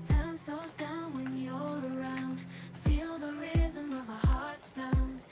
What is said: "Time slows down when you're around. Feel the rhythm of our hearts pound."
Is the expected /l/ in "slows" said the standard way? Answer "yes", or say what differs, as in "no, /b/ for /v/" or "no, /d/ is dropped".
no, /l/ is dropped